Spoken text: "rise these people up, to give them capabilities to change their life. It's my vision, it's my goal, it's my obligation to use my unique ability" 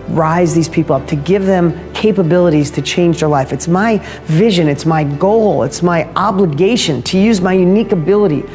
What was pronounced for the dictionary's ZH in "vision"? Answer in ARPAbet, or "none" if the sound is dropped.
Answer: ZH